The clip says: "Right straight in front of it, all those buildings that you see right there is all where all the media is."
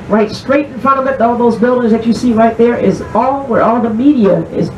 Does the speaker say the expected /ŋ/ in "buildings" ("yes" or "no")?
yes